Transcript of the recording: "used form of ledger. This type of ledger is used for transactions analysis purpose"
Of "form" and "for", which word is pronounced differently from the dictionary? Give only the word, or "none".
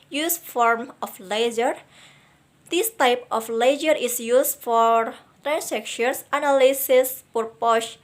none